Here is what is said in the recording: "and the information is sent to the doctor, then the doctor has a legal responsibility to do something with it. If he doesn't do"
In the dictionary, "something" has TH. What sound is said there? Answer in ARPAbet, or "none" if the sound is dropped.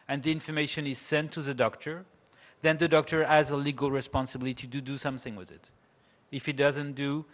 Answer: TH